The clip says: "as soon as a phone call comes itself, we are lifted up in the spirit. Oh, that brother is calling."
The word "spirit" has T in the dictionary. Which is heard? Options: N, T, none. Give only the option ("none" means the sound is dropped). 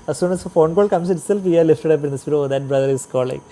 none